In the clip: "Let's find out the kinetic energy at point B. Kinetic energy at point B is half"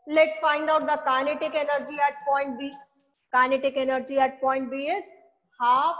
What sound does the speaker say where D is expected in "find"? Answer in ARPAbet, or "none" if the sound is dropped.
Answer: D